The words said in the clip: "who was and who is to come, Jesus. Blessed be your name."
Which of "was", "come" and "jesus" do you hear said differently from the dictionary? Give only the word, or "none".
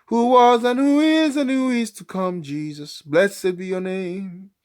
none